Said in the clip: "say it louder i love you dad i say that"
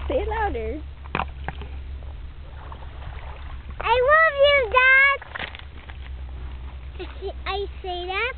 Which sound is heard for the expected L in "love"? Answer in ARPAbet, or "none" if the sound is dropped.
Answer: N